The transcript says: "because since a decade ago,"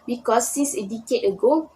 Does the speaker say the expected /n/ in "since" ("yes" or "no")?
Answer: no